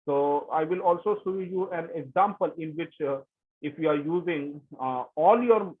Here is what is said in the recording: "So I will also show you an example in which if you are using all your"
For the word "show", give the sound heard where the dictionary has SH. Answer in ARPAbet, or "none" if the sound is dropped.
S